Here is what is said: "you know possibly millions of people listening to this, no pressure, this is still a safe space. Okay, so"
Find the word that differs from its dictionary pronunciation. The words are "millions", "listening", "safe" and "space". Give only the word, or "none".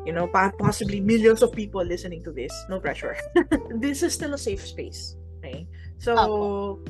millions